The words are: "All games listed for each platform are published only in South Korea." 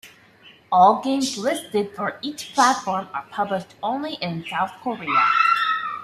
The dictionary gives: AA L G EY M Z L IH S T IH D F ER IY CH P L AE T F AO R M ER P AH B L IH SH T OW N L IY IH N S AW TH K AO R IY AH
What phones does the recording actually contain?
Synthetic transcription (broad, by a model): AA L G EY M Z L IH S T IH D F ER IY CH P L AE T F AO R M ER P AH B L IH SH T OW N L IY IH N S AW TH K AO R IY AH